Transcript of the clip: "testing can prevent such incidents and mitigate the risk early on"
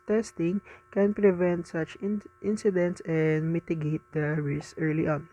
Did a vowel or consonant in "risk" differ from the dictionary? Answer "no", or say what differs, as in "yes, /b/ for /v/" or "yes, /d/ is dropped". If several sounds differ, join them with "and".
yes, /k/ is dropped